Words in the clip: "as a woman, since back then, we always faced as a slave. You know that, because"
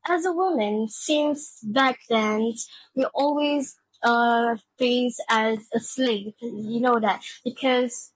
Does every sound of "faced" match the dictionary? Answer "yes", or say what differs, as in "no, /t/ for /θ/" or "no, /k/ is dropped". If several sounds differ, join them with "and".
no, /t/ is dropped